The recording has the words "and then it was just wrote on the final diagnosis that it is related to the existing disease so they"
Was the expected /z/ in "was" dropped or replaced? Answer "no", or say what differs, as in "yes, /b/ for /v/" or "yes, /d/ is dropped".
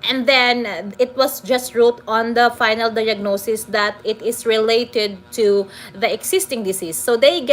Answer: yes, /s/ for /z/